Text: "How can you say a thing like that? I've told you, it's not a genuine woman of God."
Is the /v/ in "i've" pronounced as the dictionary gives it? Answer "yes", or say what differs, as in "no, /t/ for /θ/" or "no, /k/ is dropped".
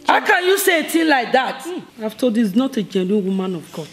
no, /f/ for /v/